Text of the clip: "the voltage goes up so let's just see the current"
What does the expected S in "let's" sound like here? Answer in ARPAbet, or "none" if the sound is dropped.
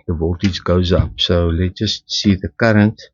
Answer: none